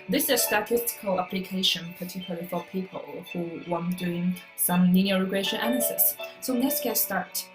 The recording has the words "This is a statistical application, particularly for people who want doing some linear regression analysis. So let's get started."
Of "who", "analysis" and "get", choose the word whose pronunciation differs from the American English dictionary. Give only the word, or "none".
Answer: analysis